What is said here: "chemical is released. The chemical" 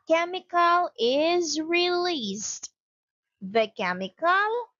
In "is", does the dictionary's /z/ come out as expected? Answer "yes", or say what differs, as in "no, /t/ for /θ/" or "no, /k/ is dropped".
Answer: yes